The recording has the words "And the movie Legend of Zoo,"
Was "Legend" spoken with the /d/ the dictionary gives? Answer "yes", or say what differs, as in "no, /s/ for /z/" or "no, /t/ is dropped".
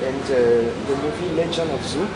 no, /d/ is dropped